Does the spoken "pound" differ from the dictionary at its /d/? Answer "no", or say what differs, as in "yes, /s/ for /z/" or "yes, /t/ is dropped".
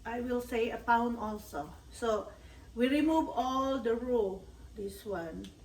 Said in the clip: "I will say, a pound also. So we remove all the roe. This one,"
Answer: yes, /d/ is dropped